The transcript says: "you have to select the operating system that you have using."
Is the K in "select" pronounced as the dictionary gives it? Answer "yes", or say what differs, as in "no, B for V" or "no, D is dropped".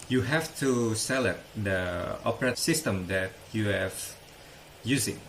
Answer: no, K is dropped